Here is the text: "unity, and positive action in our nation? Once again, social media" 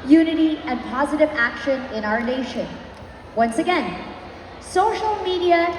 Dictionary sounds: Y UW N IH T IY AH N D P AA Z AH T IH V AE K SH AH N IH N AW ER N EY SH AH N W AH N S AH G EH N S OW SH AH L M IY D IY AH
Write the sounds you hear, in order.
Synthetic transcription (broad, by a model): Y UW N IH T IY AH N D P AA Z AH T IH V AE K SH AH N IH N AW ER N EY SH AH N W AH N S AH G EH N S OW SH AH L M IY D IY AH